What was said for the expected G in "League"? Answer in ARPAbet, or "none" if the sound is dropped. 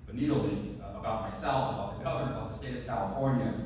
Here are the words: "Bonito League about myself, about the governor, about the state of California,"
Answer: none